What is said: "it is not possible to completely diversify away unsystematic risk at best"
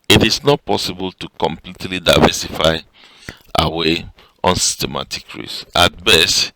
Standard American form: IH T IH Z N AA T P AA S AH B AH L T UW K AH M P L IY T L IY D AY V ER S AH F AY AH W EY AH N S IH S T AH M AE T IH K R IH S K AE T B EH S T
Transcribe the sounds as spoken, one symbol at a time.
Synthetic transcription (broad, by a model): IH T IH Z N AA T P AA S AH B AH L T UW K AH M P L IY T L IY D AY V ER S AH F AY AH W EY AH N S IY S T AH M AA T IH K R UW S AA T B EH S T